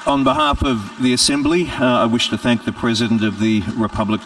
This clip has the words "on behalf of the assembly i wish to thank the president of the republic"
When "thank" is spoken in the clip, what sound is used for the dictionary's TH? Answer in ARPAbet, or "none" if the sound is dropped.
TH